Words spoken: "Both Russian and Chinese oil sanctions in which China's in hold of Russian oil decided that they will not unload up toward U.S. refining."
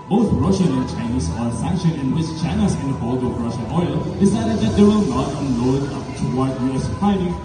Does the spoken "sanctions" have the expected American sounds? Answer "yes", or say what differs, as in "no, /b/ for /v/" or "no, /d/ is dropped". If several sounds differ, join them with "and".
no, /z/ is dropped